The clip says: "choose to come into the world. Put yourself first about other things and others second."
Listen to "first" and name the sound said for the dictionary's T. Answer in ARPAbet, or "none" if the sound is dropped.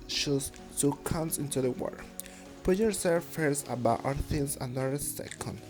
none